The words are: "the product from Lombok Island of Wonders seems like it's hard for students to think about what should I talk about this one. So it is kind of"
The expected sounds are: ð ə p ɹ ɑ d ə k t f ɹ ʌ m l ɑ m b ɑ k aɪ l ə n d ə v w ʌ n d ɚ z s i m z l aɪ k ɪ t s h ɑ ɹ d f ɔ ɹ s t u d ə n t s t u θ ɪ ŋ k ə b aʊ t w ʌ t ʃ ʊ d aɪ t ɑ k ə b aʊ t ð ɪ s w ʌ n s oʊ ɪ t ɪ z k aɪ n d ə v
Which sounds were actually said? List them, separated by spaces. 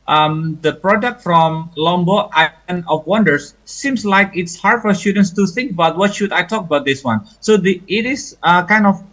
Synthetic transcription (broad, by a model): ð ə p ɹ ɑ d ə k t f ɹ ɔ m l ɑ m b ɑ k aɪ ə n ə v w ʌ n d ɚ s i m s l aɪ k ɪ t s h ɑ ɹ d f ɔ ɹ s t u d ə n s t u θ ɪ ŋ k ə b aʊ t w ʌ t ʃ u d aɪ t ɑ k ə b aʊ t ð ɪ s w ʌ n s oʊ ɪ t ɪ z k aɪ n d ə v